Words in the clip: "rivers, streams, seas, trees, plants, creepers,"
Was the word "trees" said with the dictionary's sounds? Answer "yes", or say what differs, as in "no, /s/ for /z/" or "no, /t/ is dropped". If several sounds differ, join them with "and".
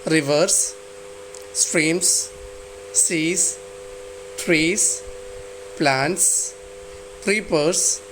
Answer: no, /s/ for /z/